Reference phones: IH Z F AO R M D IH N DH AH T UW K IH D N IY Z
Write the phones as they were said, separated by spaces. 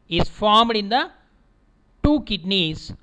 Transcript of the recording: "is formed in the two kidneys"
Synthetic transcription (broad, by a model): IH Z F AO R M D IH N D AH T UW K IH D N IY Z